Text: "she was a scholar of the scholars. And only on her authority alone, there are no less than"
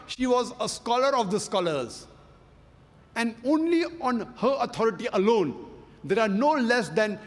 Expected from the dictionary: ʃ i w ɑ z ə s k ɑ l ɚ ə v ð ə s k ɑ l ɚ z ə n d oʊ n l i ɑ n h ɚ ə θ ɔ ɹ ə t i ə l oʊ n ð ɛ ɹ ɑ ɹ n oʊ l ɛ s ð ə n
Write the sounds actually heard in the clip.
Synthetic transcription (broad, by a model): ʃ i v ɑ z ə s k ɑ l ɚ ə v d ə s k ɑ l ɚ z ə n d oʊ n l i ɑ n h ɚ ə t ɔ ɹ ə t i ə l oʊ n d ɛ ɹ ɑ ɹ n oʊ l ɛ s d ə n